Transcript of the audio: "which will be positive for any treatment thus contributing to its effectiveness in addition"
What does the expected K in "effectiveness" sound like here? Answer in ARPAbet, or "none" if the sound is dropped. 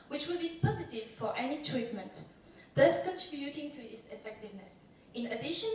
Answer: K